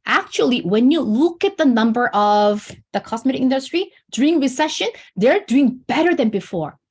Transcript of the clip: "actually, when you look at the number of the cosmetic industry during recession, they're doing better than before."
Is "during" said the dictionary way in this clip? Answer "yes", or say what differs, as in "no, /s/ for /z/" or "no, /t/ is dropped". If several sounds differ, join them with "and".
no, /ɹ/ is dropped